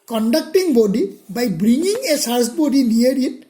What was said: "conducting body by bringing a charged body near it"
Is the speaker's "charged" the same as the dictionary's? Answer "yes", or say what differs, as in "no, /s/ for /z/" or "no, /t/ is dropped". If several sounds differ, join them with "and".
no, /s/ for /tʃ/